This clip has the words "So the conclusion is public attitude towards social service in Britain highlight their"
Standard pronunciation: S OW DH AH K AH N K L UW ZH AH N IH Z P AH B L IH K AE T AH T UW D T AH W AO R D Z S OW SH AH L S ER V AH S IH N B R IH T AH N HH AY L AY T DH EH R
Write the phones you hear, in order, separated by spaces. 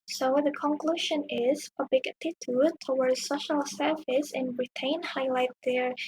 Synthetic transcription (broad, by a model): S OW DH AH K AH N K L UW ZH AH N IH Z P AH B L IH K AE T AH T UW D T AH W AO R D S OW SH AH L S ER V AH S IH N R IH T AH N HH AY L AY T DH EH R